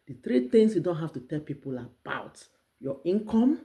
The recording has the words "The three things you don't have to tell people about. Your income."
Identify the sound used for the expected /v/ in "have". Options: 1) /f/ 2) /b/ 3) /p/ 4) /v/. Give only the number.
1